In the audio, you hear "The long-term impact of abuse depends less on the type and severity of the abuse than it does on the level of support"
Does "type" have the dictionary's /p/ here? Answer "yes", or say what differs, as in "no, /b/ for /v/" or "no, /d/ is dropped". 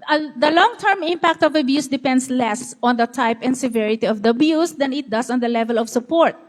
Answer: yes